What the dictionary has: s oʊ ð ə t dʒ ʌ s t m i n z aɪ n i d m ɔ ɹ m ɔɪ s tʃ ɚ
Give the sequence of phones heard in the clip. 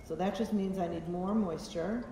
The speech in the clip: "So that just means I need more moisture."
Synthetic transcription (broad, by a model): s oʊ ð ə t dʒ ʌ s t m i n z aɪ n i d m ɔ ɹ m ɔɪ s tʃ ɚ